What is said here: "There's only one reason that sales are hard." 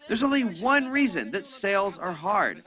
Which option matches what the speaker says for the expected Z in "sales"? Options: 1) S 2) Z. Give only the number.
2